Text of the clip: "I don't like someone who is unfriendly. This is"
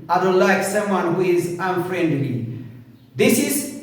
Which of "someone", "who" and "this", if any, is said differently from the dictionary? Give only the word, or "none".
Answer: none